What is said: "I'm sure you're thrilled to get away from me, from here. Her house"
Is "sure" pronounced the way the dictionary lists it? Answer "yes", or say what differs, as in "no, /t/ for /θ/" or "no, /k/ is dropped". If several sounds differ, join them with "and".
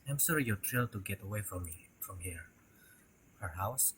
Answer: no, /s/ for /ʃ/